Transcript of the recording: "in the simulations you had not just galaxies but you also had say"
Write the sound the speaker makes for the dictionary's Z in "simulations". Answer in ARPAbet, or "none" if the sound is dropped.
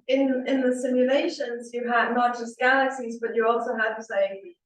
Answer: Z